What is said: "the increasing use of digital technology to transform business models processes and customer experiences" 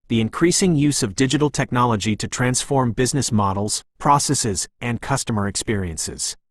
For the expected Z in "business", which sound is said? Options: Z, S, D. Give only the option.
Z